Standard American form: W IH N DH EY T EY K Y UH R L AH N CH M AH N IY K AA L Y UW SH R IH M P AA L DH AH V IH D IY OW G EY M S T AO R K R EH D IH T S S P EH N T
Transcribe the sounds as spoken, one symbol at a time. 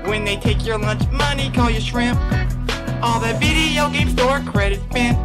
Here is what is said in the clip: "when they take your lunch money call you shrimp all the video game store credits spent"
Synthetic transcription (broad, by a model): W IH N DH EY T EY K Y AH R L AH N CH M AH N IY K AA L Y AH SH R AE M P AA L DH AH B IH D IY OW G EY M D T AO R K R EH D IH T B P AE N